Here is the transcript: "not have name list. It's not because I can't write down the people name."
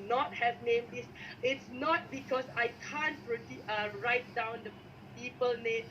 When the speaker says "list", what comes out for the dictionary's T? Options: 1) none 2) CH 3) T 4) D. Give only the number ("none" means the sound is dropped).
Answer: 1